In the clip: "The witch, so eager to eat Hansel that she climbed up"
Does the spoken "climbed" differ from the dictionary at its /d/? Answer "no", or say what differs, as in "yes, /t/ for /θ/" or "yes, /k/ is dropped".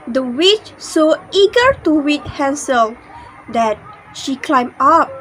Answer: yes, /d/ is dropped